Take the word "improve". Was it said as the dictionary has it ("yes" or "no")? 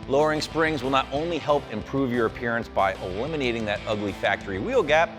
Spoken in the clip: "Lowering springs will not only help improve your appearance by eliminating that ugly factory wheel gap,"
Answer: yes